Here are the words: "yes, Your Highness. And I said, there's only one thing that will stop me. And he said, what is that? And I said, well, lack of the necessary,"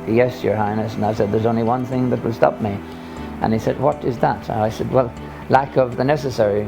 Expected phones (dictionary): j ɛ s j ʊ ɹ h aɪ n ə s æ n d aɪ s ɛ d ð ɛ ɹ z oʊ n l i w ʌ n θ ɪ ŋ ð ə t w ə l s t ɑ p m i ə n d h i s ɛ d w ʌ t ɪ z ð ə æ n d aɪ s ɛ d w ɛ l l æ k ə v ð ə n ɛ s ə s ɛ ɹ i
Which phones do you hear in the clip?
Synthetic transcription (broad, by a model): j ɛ s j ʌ ɹ h aɪ n ə s n aɪ s ɛ d ð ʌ ɹ z oʊ n l i w ʌ n θ ɪ ŋ ð ə t w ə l s t ɑ p m i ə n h i s ɛ d w ʌ t ɪ z ð ə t aɪ s ɛ d w ɛ l l æ k ə v ð ə n ɛ s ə s ɛ ɹ i